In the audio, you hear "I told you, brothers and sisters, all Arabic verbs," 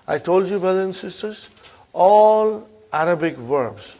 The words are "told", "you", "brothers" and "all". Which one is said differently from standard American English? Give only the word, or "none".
brothers